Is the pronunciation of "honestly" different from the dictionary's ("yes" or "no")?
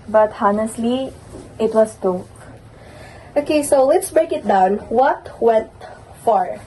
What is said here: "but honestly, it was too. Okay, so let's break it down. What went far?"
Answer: no